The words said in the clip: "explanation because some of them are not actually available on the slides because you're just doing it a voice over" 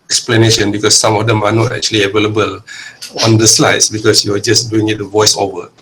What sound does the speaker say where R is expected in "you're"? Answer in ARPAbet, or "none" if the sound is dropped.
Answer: W